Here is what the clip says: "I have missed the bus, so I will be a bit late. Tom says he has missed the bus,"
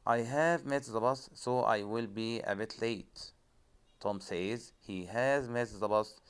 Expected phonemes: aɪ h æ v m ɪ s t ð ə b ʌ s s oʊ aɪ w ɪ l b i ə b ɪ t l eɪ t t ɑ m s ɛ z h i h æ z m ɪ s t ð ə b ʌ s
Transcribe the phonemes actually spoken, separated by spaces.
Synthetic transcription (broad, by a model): aɪ h æ v m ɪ t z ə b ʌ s s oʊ aɪ w ɪ l b i ə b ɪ t l eɪ t t ɑ m s ɛ z h i h æ z m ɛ t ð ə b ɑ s